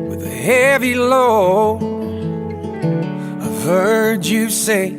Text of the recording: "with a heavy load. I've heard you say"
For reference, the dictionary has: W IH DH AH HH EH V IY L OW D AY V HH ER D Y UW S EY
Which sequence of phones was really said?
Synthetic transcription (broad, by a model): W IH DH AH HH EH V IY L OW AY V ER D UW S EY